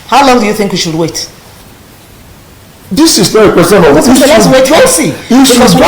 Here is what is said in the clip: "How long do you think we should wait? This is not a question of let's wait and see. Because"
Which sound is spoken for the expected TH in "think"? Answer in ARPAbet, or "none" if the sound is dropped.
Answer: TH